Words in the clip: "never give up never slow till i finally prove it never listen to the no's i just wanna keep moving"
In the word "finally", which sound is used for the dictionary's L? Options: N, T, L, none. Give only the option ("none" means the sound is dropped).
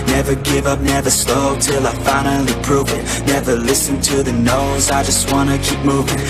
N